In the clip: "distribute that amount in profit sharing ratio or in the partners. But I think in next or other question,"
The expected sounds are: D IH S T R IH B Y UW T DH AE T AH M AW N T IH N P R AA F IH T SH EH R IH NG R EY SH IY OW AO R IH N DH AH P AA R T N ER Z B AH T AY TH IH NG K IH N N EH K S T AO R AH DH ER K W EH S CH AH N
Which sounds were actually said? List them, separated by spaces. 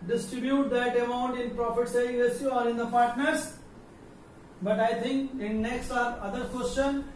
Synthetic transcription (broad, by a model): D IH S T R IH B Y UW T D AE T AH M AW N T IH N P R AA F IH T S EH IH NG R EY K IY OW AO R IH N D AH P AA R T N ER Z B AH T AY T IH NG K IH N N EH K S T AO R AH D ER K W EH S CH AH N